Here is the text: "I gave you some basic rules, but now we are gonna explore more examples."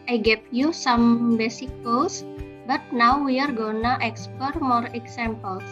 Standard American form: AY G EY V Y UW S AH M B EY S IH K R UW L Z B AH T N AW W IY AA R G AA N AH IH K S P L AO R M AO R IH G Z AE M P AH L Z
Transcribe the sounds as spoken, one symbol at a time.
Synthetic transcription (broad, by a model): AY G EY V Y UW S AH M B EY S IH K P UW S B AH T N AW W IY AA R G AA N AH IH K S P AO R M AO R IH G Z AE M P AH L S